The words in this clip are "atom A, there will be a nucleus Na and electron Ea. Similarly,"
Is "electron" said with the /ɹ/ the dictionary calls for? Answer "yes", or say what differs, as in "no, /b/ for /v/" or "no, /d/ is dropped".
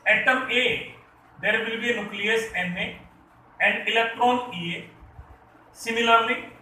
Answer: yes